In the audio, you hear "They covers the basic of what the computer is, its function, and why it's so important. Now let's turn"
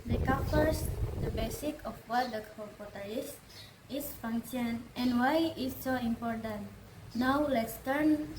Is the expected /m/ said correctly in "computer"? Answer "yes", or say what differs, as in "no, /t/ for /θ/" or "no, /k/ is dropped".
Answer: no, /m/ is dropped